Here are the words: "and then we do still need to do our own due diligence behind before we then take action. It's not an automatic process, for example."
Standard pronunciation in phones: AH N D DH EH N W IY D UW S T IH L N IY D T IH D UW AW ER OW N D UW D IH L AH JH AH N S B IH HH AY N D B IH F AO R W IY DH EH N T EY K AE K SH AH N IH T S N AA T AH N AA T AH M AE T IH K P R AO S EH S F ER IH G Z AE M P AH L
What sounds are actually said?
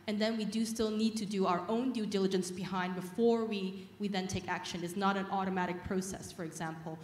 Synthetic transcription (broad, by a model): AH N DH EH N W IY D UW S T IH L N IY D T IH D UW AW ER OW N D UW D IH L AH JH AH N S B IH HH AY N D B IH F AO R W IY DH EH N T EY K AE K SH AH N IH T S N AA T AH N AA T AH M AE T IH K P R AO S EH S F ER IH G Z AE M P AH L